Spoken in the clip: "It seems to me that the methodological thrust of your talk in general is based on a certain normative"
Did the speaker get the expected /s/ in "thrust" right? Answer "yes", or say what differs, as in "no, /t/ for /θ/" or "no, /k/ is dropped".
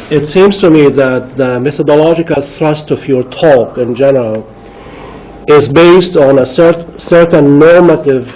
yes